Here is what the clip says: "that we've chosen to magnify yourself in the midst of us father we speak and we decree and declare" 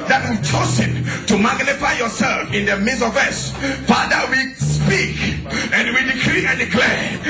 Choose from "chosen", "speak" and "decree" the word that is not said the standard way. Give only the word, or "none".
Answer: chosen